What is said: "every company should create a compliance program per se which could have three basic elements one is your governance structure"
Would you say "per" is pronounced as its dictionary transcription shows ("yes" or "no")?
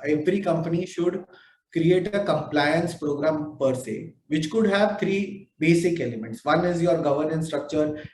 yes